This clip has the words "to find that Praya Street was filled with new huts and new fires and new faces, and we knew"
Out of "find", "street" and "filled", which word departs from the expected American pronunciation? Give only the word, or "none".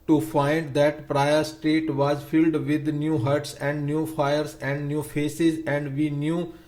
street